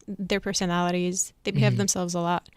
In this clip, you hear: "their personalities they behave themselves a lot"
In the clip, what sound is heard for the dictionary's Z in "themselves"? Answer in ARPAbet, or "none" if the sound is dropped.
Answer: Z